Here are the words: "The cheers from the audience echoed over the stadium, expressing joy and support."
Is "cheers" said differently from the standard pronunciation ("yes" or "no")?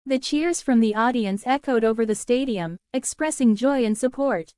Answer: no